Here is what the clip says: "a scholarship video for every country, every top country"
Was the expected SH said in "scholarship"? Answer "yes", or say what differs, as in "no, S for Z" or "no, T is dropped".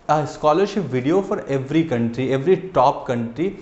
yes